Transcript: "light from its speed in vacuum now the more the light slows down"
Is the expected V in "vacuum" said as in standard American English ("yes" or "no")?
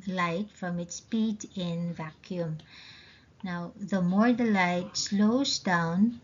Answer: yes